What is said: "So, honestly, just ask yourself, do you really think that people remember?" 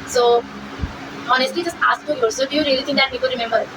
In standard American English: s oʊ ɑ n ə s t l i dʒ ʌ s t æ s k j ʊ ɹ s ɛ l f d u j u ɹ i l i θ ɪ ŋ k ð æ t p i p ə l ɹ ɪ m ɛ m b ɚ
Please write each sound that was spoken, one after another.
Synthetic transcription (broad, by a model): s oʊ ɑ n ə s t l i dʒ ʌ s t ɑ s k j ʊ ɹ s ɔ d u j u ɹ i l i t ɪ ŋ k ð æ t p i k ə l ɹ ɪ m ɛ m b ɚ